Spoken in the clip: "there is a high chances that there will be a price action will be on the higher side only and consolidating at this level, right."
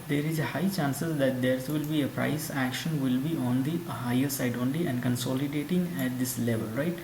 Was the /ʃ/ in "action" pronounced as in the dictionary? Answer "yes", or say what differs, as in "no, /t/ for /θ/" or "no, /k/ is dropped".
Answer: yes